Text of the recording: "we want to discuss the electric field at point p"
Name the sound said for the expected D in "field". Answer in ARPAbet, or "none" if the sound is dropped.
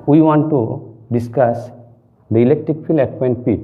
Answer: none